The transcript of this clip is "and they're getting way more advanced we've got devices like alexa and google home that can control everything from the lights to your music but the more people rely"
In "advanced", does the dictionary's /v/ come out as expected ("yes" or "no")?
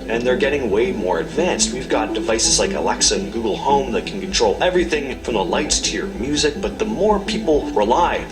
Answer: yes